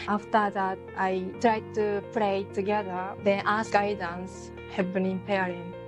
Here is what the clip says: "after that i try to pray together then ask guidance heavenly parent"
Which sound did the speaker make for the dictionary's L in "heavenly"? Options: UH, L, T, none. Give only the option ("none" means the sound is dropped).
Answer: none